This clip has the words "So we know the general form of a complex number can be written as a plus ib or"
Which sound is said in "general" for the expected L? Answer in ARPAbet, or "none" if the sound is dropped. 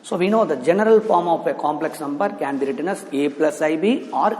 L